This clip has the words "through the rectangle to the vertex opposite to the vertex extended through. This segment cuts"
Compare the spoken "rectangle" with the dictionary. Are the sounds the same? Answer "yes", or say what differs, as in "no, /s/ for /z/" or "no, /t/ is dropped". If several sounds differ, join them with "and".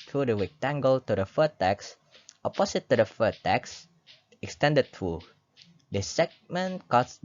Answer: no, /w/ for /ɹ/